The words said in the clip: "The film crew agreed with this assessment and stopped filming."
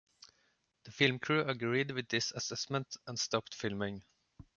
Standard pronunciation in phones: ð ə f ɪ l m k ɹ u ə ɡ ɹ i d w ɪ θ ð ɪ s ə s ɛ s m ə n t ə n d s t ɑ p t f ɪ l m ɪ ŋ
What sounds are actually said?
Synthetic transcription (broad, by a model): ð ə f ɪ l m k ɹ u ə ɡ ɹ i d w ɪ ð ɪ s ə s ɛ s m ə n t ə n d s t ɑ p t f ɪ l m ɪ ŋ